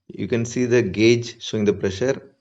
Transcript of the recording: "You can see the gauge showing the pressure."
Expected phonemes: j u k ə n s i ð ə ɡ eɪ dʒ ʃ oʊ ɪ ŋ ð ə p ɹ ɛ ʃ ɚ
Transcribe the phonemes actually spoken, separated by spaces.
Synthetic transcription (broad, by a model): j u k ə n s i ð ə ɡ eɪ dʒ s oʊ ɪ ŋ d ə p ɹ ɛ ʃ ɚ